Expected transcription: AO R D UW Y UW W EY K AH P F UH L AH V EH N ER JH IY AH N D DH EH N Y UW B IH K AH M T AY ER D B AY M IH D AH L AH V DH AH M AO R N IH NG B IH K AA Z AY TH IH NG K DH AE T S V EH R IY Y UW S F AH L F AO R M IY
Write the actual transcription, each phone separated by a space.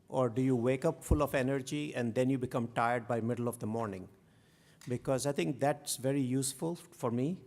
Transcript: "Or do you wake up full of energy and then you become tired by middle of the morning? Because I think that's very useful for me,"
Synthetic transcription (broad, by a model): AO R D UW Y UW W EY K AH P F UH L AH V EH N ER JH IY AH N D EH N Y UW B IH K AH M T AY ER D B AY M IH D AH L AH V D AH M AO R N IH NG B IH K AA Z AY T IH NG K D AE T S V EH R IY Y UW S F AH L F AO R M IY